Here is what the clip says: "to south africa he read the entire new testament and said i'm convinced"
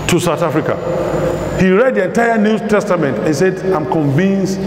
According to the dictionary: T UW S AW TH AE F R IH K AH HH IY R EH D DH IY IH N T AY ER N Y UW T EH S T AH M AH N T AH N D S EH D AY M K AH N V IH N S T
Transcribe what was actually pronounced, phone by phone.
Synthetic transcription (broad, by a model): T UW S AW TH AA F R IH K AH HH IY R EH D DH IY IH N T AY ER N Y UW T EH S T AH M AH N T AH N S EH D AY M K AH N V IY N S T